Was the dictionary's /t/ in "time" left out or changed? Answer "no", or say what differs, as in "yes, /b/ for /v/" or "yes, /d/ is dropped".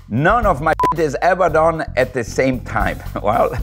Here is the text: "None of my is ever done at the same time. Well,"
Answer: no